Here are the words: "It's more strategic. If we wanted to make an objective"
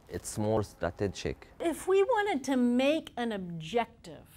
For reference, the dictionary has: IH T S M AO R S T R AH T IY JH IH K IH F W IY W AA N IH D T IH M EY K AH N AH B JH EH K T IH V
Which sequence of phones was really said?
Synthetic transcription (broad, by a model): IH T S M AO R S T AH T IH CH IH K IH F W IY W AA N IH D T IH M EY K AH N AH B JH EH K T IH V